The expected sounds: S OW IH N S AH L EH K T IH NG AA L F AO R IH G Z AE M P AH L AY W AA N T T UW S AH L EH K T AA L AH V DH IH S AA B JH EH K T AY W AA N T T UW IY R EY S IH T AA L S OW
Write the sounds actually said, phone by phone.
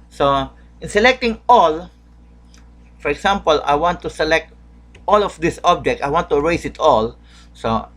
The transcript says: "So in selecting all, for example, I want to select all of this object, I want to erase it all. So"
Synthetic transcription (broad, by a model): S OW IH N S AH L EH K T IH NG AA L F AO R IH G S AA M P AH L AY W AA N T T UW S AH L EH K T AA L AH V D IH S AA B JH EH K T AY W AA N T T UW R EY S IH T AA L S OW